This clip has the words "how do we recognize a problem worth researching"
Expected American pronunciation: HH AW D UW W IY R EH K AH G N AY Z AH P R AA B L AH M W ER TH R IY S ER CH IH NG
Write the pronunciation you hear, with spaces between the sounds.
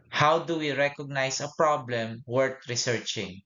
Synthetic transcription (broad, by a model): HH AW D UW W IY R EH K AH G N AY S AH P R AA B L AH M W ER T R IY S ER CH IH NG